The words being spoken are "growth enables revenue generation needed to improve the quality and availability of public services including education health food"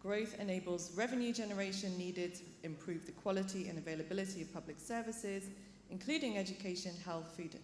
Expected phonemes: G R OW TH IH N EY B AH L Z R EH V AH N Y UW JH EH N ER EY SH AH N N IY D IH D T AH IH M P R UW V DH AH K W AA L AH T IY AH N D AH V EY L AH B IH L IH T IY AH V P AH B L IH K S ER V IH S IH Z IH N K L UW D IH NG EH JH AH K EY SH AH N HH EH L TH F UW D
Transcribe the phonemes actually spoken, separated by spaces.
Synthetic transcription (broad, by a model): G R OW TH IH N EY B AH L Z R EH V AH N Y UW JH EH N ER EY SH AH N N IY D IH D T AH IH M P R UW V DH AH K W AA L AH T IY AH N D AH V EY L AH B IH L IH T IY AH V P AH B L IH K S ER V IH S IH Z IH N K L UW D IH NG EH JH AH K EY SH AH N HH EH L TH F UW D